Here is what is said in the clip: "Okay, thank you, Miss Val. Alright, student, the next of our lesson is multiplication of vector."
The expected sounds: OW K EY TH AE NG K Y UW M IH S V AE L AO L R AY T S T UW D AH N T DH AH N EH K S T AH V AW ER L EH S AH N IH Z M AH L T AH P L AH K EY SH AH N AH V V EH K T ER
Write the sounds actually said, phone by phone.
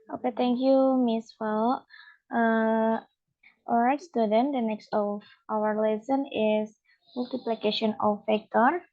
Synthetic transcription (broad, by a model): OW K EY T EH NG K Y UW M IH S F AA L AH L R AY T S T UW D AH N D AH N EH K S T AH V AW ER L EH S AH N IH S M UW L T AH P L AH K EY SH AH N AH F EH K T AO